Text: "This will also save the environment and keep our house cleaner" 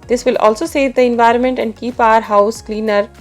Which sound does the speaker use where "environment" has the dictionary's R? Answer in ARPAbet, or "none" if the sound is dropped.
R